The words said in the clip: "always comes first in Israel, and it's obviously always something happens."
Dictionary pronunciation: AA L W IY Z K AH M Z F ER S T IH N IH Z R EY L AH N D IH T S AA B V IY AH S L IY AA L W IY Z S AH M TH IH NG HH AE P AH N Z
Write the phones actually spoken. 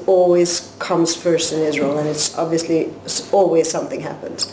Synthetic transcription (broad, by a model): AA L W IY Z K AH M Z F ER S T IH N IH Z R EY L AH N IH T S AA B V IY AH S L IY AA L W IY Z S AH M TH IH NG HH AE P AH N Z